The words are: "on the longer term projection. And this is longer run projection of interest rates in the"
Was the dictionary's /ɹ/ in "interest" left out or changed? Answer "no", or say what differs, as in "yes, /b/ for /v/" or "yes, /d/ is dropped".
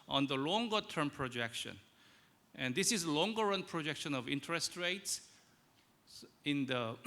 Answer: no